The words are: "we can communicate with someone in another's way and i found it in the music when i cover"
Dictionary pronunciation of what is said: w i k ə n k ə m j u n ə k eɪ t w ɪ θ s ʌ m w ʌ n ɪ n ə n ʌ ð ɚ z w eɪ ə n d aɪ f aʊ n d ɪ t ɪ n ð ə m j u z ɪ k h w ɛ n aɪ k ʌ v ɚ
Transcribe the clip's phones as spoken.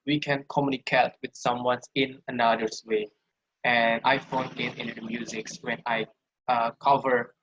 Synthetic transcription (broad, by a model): w i k ə n k ə m j u n ə k eɪ t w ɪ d s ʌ m w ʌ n ɪ n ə n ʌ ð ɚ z w eɪ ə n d aɪ f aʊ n ɪ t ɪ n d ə m j u z ɪ k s w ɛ n aɪ k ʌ v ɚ